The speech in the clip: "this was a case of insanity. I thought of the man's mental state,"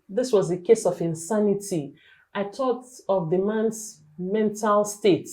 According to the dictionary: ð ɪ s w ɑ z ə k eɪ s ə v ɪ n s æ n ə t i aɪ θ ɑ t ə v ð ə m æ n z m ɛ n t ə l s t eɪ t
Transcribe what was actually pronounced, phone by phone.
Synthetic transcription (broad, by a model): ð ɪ s w ɑ z ə k eɪ s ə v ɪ n s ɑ n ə t i aɪ t ɑ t ə v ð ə m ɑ n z m ɛ n t ə l s t eɪ t